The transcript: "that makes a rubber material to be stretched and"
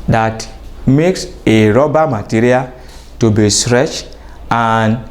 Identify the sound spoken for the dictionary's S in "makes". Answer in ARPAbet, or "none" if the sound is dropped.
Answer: S